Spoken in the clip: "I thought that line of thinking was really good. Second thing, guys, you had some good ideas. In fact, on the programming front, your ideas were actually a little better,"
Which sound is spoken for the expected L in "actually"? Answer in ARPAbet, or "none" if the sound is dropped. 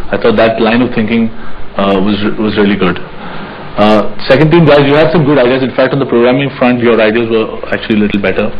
L